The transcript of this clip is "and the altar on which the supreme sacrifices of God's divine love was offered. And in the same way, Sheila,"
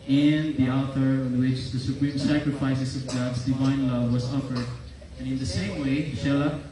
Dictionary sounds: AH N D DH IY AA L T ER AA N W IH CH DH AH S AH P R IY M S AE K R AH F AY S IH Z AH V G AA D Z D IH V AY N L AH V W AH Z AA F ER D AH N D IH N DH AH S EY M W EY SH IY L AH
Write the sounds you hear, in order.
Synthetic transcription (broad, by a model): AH N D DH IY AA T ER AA N W IH CH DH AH S AH P R IY M S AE K R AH F AY S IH S AH V G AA D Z D IH V AY N L AH V W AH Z AA F ER D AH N IH N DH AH S EY M W EY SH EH L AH